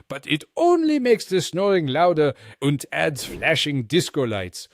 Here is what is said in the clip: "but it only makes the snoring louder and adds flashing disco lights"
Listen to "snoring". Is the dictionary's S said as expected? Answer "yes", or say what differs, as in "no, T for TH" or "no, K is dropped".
yes